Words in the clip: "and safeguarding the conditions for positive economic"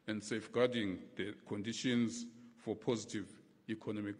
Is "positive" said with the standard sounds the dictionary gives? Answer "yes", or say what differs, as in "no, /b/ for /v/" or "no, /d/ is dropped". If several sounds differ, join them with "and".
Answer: yes